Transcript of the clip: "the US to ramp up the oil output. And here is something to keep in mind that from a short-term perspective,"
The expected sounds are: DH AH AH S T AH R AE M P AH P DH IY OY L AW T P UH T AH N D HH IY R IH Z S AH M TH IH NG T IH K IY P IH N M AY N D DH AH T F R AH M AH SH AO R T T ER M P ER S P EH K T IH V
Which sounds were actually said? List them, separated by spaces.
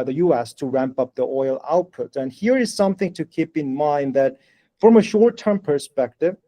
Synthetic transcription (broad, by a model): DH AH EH S T AH R AE M P AH P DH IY OY L AW T P UH T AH N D HH IY R IH Z S AH M TH IH NG T IH K IY P IH N M AY N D DH AH T F R AH M AH SH AO R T T ER M P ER S P EH K T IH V